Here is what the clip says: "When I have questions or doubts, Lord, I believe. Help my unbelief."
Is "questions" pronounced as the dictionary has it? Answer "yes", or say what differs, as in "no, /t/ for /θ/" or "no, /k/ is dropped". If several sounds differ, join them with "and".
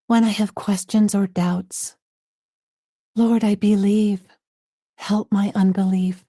yes